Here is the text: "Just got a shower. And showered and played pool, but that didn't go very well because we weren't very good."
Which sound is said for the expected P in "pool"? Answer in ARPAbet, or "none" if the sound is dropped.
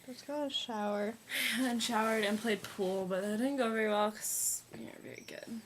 P